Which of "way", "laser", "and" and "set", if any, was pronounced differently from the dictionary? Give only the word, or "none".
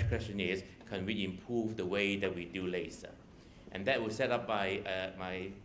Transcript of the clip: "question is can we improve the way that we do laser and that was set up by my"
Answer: laser